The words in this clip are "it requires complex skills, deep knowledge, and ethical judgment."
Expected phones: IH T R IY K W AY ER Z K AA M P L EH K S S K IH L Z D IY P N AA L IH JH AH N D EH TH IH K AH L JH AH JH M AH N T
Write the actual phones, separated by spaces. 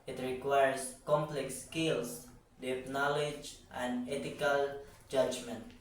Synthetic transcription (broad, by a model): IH T R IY K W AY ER S K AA M P L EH K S S K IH L S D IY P N AA L IH JH AH N D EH T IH K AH L JH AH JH M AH N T